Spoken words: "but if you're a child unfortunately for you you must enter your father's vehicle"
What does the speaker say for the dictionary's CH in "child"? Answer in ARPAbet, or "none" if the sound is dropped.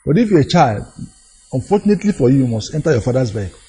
CH